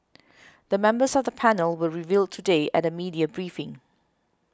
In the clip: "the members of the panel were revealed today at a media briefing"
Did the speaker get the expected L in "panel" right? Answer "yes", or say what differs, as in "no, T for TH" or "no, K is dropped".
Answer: yes